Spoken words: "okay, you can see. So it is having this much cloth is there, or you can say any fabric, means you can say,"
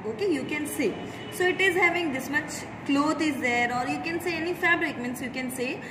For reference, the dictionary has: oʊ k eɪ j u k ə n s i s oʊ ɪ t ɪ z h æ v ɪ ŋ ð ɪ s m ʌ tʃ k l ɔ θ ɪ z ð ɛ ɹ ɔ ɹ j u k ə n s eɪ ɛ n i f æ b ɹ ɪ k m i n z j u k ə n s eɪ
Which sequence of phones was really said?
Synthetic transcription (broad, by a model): oʊ k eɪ j u k ə n s i s oʊ ɪ t ɪ z h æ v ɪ ŋ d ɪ s m ʌ tʃ k l ɔ t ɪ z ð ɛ ɹ ɔ ɹ j u k ə n s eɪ ɛ n i f æ b ɹ ɪ k m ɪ n s j u k ə n s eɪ